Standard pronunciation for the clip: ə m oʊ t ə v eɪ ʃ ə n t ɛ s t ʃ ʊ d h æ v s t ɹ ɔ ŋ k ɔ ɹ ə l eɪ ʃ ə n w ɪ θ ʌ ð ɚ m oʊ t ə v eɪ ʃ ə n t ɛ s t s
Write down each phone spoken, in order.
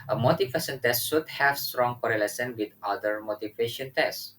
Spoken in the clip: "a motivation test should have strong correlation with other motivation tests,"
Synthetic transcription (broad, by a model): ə m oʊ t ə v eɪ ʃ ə n t ɛ s t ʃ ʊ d h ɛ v s t ɹ ɔ ŋ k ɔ ɹ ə l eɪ s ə n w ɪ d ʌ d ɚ m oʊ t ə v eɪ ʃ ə n t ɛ s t